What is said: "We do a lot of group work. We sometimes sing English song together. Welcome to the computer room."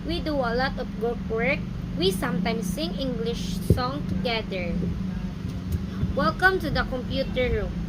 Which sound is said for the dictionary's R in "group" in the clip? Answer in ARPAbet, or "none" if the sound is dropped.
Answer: none